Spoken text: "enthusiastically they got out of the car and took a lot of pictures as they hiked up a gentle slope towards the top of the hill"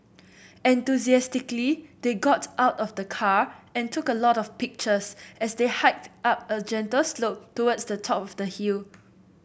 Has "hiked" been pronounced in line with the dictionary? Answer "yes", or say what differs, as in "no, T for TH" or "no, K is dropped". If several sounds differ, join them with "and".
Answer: yes